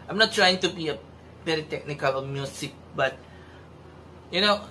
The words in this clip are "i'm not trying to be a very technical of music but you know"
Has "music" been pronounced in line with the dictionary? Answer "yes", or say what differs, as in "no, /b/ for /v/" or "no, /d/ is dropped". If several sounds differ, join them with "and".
no, /s/ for /z/